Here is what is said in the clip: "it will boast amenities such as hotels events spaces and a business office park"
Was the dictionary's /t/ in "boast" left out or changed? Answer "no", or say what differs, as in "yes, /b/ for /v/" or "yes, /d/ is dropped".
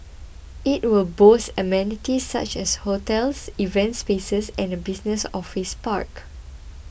yes, /t/ is dropped